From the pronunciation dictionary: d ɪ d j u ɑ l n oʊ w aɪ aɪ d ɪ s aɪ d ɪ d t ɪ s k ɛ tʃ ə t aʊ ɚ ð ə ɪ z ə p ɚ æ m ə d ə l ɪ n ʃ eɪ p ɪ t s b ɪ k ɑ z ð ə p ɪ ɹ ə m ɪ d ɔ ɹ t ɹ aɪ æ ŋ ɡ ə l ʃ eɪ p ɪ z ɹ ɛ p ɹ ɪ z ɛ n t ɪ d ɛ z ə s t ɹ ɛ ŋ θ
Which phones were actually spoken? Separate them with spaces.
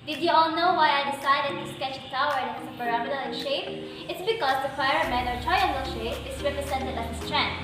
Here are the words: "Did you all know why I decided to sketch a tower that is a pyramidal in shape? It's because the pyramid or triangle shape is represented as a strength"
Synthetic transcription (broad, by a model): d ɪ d j u ɑ l n oʊ w aɪ aɪ d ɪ s aɪ d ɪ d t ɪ s k ɛ tʃ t aʊ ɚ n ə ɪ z ə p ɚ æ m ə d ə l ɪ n ʃ eɪ p ɪ t s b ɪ k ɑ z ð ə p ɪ ə m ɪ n ɔ ɹ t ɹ aɪ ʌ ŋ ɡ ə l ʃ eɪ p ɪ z ɹ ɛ p ɹ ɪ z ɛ n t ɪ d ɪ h ə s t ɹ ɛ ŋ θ